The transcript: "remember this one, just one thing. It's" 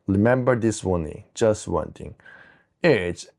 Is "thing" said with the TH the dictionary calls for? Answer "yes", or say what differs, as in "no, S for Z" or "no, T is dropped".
no, T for TH